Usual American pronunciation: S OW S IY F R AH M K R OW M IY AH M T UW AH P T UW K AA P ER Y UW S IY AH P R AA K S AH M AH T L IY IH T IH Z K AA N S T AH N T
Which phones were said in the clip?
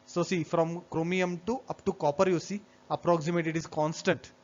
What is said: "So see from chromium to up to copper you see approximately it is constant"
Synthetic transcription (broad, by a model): S OW S IY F R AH M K R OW M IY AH M T UW AH P T UW K AA P ER Y UW S IY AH P R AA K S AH M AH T IY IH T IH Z K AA N S T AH N T